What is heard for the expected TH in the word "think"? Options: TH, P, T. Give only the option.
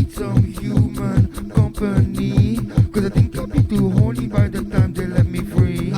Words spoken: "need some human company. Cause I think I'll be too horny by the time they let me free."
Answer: T